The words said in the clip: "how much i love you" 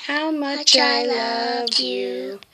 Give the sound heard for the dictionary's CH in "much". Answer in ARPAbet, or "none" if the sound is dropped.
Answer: CH